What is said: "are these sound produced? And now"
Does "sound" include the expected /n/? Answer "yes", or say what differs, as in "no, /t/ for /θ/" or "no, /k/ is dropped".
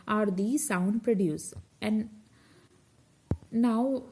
yes